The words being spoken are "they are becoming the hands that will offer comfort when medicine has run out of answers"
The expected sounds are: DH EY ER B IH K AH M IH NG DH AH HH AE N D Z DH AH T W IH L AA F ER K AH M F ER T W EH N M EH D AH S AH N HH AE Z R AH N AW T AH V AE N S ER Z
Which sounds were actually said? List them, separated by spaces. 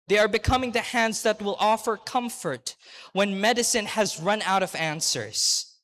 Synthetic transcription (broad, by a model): DH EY ER B IH K AH M IH NG DH AH HH AE N D Z DH AH T W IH L AA F ER K AH M F ER T W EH N M EH D AH S AH N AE Z R AH N AW T AH V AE N S ER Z